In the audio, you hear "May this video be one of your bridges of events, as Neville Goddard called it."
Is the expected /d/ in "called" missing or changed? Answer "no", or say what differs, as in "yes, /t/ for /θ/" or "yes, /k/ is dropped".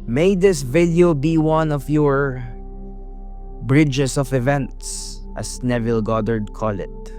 yes, /d/ is dropped